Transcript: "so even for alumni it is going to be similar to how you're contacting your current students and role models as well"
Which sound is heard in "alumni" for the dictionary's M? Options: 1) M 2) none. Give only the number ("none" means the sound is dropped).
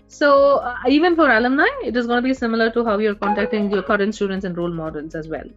1